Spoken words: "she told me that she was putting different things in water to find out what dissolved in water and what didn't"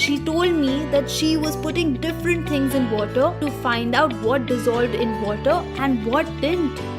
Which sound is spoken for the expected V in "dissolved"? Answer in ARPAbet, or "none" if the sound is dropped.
V